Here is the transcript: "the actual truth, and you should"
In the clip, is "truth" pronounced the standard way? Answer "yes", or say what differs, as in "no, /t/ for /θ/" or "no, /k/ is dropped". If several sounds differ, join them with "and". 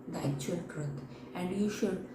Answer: no, /t/ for /θ/